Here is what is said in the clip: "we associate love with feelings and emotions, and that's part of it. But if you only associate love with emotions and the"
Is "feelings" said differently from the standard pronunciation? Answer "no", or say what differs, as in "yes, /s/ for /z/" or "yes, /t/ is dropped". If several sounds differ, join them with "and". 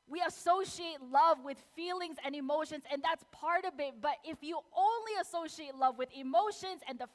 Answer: no